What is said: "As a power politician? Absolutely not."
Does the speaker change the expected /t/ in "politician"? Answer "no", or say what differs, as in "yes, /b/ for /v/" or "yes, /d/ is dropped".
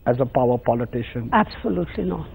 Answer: no